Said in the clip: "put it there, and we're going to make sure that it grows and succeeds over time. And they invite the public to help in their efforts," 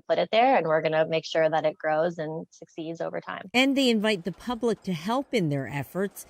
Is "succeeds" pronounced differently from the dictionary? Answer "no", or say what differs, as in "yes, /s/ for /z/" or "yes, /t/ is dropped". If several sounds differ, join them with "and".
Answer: no